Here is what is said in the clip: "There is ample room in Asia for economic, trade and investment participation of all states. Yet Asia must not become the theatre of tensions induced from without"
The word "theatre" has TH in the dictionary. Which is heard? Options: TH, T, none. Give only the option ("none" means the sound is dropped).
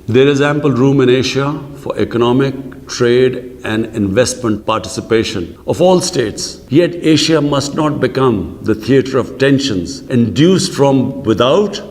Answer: T